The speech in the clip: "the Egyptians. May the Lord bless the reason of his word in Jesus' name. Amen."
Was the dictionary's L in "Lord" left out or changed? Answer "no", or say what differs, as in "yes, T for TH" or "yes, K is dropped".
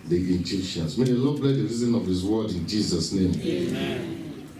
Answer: yes, N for L